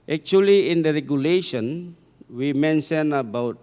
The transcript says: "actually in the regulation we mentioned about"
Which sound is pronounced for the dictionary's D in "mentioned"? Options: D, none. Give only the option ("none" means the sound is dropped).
none